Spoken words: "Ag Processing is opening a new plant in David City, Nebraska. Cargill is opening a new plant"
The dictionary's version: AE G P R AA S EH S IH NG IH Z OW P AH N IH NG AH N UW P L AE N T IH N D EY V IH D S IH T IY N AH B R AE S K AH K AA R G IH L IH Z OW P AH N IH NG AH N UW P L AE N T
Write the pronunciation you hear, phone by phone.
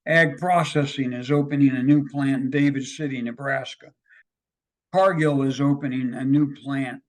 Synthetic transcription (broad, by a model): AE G P R AA S EH S IH NG IH Z OW P AH N IH NG AH N UW P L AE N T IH N D EY V IH D S IH T IY N AH B R AE S K AH K AA R G IH L IH Z OW P AH N IH NG AH N UW P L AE N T